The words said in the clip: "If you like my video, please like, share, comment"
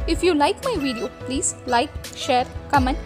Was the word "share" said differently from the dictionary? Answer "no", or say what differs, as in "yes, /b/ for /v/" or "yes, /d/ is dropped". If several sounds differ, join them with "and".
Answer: no